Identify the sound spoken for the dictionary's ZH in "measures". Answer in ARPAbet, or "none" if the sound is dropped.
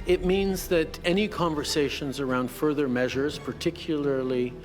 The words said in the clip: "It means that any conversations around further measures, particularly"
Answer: ZH